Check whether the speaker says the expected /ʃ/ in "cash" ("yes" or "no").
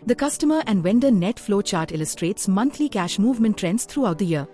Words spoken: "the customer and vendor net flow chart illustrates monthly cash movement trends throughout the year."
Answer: yes